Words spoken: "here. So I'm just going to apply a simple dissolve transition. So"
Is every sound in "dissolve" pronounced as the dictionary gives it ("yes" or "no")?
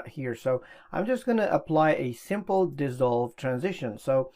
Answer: yes